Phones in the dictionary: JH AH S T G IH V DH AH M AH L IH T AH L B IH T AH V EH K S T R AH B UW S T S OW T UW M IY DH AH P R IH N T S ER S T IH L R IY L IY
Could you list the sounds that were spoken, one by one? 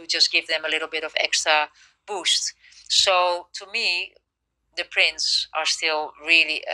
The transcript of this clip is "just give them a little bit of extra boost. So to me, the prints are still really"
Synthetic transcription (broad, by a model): JH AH S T G IH V DH AH M AH L IH T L B IH T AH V EH K S T R AH B UW S T S OW T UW M IY DH AH P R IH N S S ER S T IH L R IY L IY